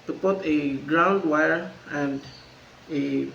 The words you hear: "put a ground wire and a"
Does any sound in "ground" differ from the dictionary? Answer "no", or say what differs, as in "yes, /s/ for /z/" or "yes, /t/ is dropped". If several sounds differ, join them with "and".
no